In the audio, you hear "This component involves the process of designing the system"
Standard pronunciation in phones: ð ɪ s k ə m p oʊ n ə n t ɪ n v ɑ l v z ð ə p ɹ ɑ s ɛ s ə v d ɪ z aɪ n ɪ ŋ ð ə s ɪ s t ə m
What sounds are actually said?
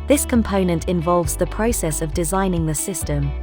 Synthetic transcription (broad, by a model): ð ɪ s k ə m p oʊ n ə n t ɪ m v ɑ l v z ð ə p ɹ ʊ s ɛ s ə v d ɪ z aɪ n ɪ ŋ ð ə s ɪ s t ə m